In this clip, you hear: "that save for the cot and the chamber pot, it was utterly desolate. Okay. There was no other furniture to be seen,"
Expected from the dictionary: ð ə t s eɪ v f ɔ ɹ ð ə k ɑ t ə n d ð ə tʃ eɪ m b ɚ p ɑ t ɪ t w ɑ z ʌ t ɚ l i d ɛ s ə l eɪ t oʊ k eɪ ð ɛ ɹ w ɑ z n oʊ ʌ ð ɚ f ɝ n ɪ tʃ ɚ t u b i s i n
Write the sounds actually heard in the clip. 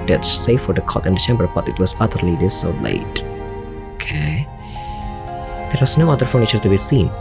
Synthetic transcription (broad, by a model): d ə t s eɪ f ɔ ɹ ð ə k ɑ t ə n d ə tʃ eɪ m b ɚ b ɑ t ɪ t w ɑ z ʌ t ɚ l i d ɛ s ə l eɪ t oʊ k eɪ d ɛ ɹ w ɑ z n oʊ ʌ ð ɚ f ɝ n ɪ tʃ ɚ t u b i s i n